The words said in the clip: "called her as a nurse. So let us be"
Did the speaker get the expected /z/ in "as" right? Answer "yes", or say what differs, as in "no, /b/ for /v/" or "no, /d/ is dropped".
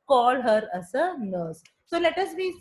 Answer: no, /s/ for /z/